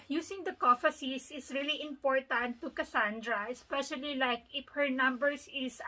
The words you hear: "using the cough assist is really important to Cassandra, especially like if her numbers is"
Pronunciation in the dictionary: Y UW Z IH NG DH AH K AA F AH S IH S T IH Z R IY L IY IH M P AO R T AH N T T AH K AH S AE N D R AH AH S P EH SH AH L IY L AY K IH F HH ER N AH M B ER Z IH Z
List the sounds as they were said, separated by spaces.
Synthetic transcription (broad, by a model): Y UW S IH NG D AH K AA F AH S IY S IH S R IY L IY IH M P AO R T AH N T T AH K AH S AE N D R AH AH S P EH SH AH L IY L AY K IH F HH ER N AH M B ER S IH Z